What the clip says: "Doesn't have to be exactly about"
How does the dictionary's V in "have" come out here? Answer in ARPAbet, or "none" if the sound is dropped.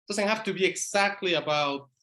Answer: F